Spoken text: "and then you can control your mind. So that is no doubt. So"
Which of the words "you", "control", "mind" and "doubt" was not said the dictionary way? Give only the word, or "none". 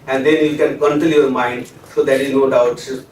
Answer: control